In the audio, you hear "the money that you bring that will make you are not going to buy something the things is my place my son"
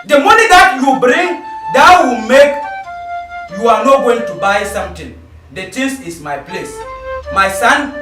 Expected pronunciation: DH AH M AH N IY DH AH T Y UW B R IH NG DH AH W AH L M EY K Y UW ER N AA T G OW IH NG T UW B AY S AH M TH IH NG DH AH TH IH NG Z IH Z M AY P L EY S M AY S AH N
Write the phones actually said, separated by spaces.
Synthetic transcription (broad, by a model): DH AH M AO N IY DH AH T Y UW B R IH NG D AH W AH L M EY K Y UW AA N AA T G OW IH NG T UW B AY S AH M T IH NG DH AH T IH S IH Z M AY P L EY S M AY S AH N